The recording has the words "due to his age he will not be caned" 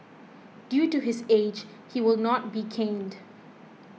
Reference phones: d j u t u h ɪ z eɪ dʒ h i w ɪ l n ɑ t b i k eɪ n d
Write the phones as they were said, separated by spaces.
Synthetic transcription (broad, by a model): d j u t u h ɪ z eɪ dʒ h i w ɪ l n ɑ t b i k eɪ n d